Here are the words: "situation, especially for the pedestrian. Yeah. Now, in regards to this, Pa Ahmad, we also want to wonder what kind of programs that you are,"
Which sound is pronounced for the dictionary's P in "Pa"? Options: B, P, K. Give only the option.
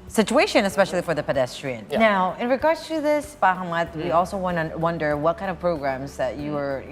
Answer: B